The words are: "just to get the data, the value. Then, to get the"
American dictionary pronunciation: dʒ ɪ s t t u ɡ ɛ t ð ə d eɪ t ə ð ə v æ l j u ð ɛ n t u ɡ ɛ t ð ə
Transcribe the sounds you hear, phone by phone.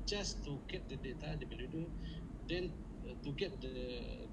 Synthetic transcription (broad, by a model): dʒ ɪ s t t u ɡ ɛ t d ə d eɪ t ə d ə b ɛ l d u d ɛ n t u ɡ ɛ t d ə